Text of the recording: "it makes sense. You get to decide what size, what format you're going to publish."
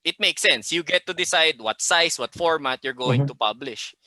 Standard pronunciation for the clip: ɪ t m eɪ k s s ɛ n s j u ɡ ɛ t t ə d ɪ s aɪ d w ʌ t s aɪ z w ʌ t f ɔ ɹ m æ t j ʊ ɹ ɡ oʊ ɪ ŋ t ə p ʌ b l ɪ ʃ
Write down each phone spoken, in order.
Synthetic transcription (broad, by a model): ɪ t m eɪ k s s ɛ n s j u ɡ ɛ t t ə d ɪ s aɪ d w ʌ t s aɪ s w ʌ t f ɔ ɹ m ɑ t j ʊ ɹ ɡ oʊ ɪ ŋ t ə p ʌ b l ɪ ʃ